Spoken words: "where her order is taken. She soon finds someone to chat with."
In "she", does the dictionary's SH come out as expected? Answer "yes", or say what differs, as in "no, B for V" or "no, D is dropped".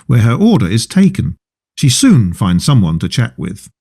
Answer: yes